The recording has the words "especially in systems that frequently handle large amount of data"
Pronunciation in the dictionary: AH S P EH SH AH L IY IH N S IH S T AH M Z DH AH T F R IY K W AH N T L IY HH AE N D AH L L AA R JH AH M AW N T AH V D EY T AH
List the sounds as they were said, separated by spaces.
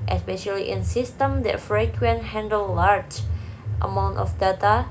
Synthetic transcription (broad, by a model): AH S P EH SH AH L IY IH N S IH S T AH M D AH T F R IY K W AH N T HH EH N D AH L L AA R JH AH M AW N T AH F D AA T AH